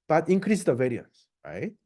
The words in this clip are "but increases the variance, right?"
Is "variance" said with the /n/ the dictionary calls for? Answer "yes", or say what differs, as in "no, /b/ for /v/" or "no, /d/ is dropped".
yes